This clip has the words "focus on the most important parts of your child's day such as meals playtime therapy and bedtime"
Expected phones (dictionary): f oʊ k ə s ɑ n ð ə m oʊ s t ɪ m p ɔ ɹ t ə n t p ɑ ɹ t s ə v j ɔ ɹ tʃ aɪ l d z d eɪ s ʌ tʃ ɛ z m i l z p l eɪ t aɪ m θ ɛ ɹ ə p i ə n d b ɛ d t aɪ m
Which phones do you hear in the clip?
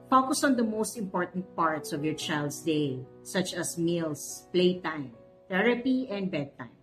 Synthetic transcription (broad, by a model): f oʊ k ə s ɑ n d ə m oʊ s t ɪ m p ɔ ɹ t ə n t p ɑ ɹ t s ə v j ɔ ɹ tʃ aɪ l d s d eɪ s ʌ tʃ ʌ s m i l s p l eɪ t aɪ m t ɛ ɹ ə p i ə n d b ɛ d t aɪ m